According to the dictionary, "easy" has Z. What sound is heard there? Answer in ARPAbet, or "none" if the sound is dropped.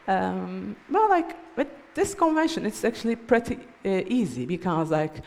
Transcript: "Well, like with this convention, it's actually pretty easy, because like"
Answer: Z